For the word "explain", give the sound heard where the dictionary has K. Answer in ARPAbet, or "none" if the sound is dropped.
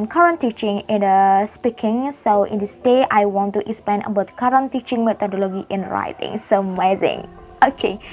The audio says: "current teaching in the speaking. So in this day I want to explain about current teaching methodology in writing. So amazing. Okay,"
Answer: K